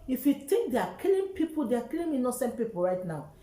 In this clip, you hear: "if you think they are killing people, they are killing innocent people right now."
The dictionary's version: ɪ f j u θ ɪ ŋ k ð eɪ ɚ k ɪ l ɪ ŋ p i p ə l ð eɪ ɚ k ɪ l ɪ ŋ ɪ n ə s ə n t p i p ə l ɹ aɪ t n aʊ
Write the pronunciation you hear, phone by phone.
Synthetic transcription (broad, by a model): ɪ f j u t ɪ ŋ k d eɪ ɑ k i l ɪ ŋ p i p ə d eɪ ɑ k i l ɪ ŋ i n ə s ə n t p i p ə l ɹ aɪ t n aʊ